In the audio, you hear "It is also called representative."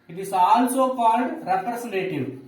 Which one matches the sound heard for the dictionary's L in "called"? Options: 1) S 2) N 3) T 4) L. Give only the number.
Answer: 2